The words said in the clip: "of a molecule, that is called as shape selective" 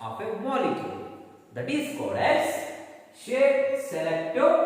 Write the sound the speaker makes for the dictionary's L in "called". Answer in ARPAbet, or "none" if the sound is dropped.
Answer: none